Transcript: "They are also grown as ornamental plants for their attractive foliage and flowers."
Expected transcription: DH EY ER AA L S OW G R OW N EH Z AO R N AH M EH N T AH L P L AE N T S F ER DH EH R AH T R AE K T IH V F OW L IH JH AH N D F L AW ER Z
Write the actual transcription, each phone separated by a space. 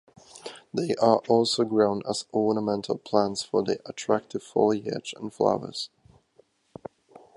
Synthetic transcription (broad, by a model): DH EY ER AA L S OW G R OW N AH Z AO R N AH M EH N T AH L P L AE N T S F ER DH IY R AH T R AE K T IH V F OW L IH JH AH N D F L AW ER Z